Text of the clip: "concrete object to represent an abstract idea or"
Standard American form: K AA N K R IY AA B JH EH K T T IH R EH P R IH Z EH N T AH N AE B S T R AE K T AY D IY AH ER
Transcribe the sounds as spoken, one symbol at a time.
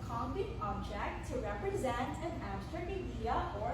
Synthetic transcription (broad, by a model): K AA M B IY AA B JH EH K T T IH R EH P R IH Z EH N T AH N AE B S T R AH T AY D IY AH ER